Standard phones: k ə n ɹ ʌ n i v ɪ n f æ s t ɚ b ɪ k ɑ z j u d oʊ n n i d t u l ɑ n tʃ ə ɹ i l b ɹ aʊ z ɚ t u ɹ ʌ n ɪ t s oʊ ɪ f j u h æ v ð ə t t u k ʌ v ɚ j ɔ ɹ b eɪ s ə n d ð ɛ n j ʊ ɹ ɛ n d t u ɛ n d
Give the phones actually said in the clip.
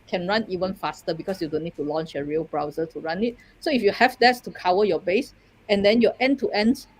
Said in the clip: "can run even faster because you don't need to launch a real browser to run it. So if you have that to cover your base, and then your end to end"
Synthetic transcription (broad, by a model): k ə n ɹ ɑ n i v ɪ n f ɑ s t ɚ b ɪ k ɑ s j u d oʊ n n i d t u l ɑ n tʃ ə ɹ i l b ɹ aʊ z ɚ t u ɹ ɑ n ɪ t s oʊ ɪ f j u h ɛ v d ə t t u k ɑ w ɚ j ɔ b eɪ s ə n d ɛ n j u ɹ ɛ n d t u ɛ n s